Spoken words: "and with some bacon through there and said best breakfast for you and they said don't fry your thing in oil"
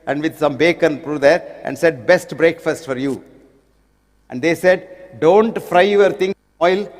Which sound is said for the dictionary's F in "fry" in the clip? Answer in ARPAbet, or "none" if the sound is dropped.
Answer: F